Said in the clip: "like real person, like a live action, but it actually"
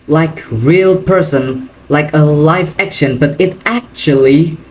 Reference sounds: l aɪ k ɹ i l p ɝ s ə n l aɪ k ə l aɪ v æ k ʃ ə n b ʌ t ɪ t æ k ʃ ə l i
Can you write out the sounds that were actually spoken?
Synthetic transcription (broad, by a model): l aɪ k ɹ i l p ɝ s ə n l aɪ k ə l aɪ f æ k ʃ ə n b ʌ t ɪ t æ k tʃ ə l i